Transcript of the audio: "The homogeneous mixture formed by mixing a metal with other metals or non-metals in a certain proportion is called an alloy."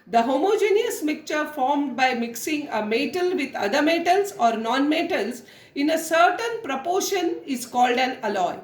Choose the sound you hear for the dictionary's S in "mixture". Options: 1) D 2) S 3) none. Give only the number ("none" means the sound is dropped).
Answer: 3